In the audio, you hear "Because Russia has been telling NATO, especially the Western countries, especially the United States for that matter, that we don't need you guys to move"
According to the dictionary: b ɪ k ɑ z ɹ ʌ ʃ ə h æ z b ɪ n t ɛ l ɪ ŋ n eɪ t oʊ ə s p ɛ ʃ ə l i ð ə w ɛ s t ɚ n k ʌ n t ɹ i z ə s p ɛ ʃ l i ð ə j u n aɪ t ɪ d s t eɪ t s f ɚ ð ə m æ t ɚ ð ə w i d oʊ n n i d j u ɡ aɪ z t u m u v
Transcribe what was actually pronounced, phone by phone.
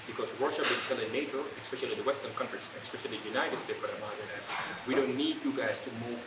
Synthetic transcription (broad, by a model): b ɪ k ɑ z w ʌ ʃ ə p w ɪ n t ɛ l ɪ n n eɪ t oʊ ə s p ɛ ʃ ə l i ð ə w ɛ s t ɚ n k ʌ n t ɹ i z ə s p ɛ ʃ l i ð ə j u n aɪ t ɪ d s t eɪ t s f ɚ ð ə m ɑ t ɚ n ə w i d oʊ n n i d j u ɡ aɪ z t u m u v